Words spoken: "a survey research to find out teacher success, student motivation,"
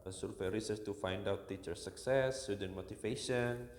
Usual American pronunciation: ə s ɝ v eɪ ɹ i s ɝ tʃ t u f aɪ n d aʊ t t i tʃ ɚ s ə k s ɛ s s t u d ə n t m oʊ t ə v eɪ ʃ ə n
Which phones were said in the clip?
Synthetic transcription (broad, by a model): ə s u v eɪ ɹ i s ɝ s t u f aɪ n d aʊ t t i tʃ ɚ s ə k s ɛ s s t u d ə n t m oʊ t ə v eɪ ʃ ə n